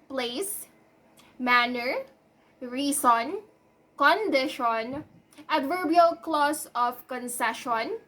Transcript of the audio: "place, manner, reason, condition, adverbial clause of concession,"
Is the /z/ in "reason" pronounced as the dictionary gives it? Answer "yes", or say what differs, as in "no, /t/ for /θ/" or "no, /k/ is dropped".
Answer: no, /s/ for /z/